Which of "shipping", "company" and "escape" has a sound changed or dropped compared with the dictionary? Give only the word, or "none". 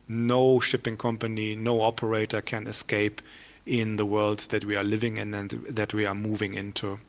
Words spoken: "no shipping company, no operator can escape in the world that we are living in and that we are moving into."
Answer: none